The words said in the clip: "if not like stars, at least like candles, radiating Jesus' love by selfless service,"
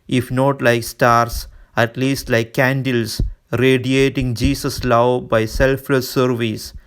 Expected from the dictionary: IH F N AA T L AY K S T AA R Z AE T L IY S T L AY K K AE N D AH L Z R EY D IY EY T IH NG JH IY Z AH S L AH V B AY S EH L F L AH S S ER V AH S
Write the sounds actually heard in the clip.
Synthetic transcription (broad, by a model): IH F N AA T L AY K S T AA R S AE T L IY S T L AY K K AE N D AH L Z R EY D IY EY T IH NG JH IY S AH S L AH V B AY S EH L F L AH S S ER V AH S